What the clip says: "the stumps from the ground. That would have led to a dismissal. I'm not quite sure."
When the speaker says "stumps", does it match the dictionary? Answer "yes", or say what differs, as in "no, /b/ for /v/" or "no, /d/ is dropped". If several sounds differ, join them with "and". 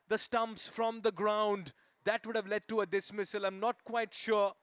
yes